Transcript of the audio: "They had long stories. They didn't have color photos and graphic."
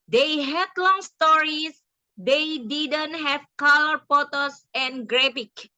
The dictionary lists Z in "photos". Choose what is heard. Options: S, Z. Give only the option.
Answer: S